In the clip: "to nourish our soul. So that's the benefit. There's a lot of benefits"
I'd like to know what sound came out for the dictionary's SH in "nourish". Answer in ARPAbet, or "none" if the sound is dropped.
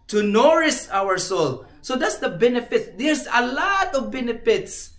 S